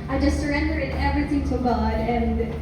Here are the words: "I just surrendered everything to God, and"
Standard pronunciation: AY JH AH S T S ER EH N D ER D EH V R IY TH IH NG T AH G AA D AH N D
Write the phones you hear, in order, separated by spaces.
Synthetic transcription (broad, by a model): AY JH AH S T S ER EH N D ER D EH V R IY TH IH NG T AH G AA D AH N